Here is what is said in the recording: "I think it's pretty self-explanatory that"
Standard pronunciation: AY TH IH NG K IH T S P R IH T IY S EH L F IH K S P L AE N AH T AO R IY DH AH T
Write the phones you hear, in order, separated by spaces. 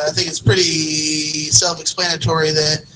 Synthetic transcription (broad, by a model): AY TH IH NG K IH T S P R IH T IY S EH L F IH K S P L AE N AH T AO R IY DH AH T